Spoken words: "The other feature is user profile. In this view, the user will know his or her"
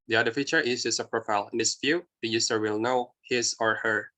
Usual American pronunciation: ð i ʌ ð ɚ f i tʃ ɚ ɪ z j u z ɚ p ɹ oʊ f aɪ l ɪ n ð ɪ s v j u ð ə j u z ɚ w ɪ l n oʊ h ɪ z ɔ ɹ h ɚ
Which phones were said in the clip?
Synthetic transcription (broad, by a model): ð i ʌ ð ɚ f i tʃ ɚ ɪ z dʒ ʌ s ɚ p ɹ oʊ f aɪ l ɪ n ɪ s f j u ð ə j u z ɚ w ɪ l n oʊ h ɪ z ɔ ɹ h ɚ